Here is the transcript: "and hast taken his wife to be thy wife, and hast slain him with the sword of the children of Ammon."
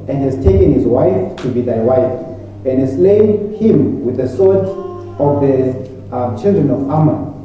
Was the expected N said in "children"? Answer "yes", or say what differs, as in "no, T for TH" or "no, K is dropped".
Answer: yes